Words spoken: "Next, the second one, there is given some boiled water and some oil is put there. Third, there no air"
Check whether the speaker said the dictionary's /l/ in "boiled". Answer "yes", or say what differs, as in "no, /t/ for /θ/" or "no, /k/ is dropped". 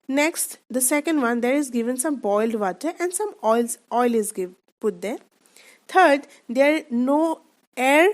yes